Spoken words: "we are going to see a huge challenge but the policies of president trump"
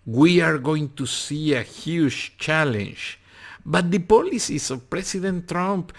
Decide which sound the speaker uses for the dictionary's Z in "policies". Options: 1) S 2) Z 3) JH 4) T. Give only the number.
1